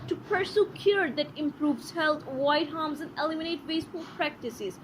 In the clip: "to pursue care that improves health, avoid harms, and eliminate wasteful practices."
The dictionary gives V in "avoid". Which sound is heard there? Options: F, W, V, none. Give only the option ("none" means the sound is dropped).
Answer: none